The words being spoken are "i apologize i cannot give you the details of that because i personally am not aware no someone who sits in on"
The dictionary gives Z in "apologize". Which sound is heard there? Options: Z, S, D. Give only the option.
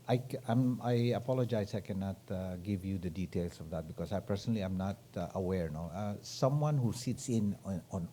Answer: S